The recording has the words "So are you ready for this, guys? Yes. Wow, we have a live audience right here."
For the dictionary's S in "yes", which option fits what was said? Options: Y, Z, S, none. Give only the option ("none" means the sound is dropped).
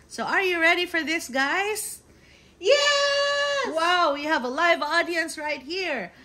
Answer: none